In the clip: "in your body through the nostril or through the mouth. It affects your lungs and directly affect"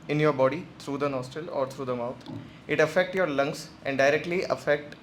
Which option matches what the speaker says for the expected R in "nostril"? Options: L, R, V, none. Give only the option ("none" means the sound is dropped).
none